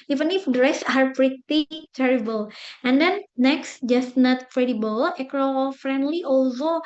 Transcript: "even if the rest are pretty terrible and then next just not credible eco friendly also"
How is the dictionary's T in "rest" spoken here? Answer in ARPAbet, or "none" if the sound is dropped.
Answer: none